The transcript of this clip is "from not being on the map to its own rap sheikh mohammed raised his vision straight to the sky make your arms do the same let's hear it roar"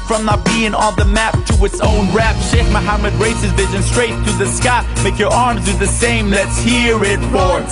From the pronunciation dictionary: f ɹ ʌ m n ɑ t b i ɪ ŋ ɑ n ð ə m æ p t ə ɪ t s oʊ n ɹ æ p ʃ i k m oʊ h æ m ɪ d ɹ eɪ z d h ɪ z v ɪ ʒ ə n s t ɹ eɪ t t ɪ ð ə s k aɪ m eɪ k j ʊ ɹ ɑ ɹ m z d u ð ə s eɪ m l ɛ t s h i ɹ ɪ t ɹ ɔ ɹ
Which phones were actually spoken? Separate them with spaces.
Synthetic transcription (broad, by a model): f ɹ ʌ m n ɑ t b i ɪ ŋ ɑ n ð ə m æ p t ə ɪ t s oʊ n ɹ æ p ʃ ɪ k m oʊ h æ m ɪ d ɹ eɪ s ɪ z v ɪ ʒ ə n s t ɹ eɪ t t ɪ ð ə s k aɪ m eɪ k j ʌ ɹ ɑ ɹ m z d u ð ə s eɪ m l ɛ t s h i ɹ ɪ t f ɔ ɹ